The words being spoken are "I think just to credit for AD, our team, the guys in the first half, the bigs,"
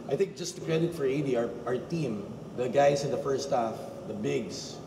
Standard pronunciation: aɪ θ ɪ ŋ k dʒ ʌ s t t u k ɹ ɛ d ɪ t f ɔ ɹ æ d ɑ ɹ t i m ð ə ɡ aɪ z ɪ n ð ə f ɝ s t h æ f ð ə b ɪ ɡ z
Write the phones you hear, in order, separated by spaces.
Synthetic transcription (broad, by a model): aɪ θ ɪ ŋ k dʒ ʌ s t t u k ɹ ɛ d ɪ t f ɔ ɹ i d ɑ ɹ t i m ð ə ɡ aɪ s ɪ n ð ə f ɝ s t h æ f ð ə b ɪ ɡ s